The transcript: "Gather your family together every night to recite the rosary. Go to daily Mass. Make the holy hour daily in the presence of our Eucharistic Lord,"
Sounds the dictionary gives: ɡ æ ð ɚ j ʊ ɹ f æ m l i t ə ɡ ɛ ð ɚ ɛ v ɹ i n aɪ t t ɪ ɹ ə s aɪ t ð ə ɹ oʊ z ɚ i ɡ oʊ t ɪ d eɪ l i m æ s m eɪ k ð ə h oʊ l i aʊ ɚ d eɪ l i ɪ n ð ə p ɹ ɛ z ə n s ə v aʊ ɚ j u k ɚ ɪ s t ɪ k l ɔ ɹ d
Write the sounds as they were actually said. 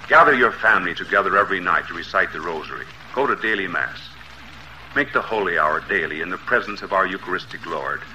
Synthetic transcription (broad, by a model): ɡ æ ð ɚ j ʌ ɹ f æ m l i t ə ɡ ɛ ð ɚ ɛ v ɹ i n aɪ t t ɪ ɹ ə s aɪ t ð ə ɹ oʊ z ɚ i ɡ oʊ t ɪ d eɪ l i m æ s m eɪ k ð ə h oʊ l i aʊ ɚ d eɪ l i ɪ n ð ə p ɹ ɛ z ə n s ə v aʊ ɚ j u k ɚ ɪ s t ɪ k l ɔ ɹ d